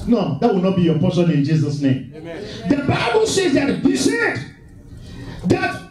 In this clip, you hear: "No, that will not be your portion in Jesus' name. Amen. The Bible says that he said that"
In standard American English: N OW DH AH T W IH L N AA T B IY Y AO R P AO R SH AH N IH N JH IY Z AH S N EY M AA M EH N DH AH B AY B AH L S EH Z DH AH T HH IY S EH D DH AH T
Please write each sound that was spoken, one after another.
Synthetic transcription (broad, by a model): N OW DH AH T W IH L N AA T B IY Y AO P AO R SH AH N IH N JH IY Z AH S N EY AA M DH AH B AY B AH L S EH Z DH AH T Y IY S EH D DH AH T